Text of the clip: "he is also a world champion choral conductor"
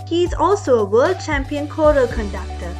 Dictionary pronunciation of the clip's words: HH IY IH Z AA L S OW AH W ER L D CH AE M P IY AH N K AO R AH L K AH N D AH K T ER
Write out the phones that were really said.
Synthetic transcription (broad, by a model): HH IY IH Z AA L S OW AH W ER L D CH AE M P IY AH N K AO R AH L K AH N D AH K T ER